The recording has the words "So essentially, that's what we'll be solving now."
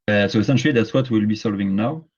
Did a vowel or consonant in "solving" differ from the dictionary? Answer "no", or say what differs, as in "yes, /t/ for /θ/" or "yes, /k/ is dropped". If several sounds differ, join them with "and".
no